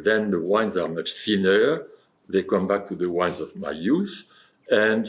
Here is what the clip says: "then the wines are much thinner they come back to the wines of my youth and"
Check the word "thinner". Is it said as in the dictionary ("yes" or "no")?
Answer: no